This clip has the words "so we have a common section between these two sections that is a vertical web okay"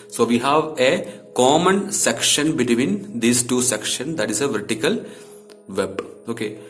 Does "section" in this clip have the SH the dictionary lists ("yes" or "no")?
yes